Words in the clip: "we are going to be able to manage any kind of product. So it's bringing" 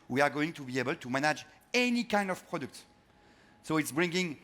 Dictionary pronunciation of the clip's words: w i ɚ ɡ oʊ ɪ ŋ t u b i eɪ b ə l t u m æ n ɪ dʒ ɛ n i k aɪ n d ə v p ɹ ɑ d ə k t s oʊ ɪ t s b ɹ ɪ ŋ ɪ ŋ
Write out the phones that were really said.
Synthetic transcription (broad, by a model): w i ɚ ɡ oʊ ɪ ŋ t u b i eɪ b ə l t u m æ n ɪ dʒ ɛ n i k aɪ n d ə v p ɹ ɑ d ə k t s oʊ ɪ t s b ɹ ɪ ŋ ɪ ŋ